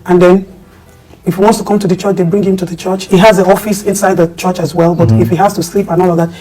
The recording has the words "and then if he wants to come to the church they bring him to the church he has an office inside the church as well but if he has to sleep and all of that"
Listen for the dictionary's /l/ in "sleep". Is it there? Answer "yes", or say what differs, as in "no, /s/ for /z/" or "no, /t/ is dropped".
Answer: yes